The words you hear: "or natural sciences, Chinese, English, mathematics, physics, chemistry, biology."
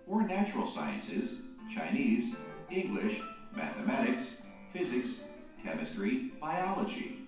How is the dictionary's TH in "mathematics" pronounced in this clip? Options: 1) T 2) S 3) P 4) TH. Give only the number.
4